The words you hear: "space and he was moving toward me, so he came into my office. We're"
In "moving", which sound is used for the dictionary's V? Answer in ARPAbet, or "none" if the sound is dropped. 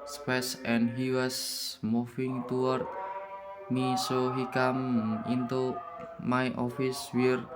F